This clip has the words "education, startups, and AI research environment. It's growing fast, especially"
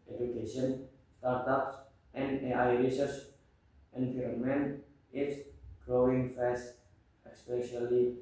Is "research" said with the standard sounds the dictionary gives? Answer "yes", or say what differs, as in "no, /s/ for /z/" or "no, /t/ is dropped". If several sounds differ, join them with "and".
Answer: no, /s/ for /tʃ/